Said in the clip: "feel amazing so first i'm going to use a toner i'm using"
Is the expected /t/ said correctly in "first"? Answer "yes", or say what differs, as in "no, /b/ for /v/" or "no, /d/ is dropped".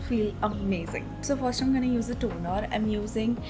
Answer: no, /t/ is dropped